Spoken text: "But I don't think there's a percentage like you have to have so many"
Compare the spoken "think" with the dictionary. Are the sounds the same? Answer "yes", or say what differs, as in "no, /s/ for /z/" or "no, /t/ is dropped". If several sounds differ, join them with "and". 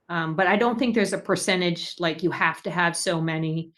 yes